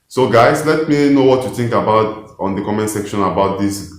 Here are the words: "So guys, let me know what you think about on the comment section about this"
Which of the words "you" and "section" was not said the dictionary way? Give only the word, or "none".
none